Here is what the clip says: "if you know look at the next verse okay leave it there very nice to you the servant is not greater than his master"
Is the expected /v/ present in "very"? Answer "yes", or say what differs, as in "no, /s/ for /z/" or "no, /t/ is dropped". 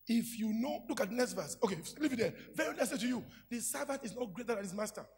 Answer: yes